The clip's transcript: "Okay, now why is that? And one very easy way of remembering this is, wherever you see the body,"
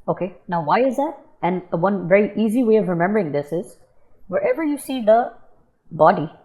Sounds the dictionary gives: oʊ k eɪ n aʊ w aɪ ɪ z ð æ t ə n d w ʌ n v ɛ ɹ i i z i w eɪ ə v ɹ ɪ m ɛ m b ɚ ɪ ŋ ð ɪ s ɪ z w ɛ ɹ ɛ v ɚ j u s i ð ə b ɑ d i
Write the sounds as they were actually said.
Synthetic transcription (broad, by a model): oʊ k eɪ n aʊ w aɪ ɪ z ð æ t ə n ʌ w ʌ n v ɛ ɹ i i z i w eɪ ə v ɹ ɪ m ɛ m b ɚ ɪ ŋ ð ɪ s ɪ z w ɛ ɹ ɛ v ɚ j u s i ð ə b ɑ d i